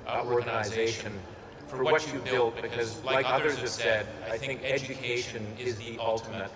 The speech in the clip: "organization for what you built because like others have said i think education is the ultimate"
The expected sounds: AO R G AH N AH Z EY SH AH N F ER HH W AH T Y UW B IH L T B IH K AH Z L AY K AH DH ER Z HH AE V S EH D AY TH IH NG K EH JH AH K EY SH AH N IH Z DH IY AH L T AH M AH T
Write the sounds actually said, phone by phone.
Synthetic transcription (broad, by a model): AO R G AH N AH Z EY SH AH N F ER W W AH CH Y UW B IH L T B IH K AH Z L AY K AH DH ER Z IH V S EH D AY TH IH NG K EH JH AH K EY SH AH N IH Z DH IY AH L T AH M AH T